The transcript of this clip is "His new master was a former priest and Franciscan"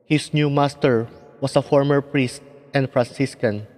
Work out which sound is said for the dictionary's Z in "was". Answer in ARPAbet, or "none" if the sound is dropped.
S